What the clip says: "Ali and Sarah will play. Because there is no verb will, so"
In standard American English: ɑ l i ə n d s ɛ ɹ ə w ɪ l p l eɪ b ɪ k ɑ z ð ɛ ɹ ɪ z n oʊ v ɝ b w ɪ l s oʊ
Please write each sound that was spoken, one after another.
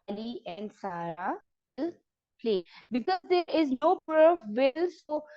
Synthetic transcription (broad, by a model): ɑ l i ə n d s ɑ ɹ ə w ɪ l p l eɪ b ɪ k ɑ z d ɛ ɹ ɪ z n oʊ p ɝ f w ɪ l s oʊ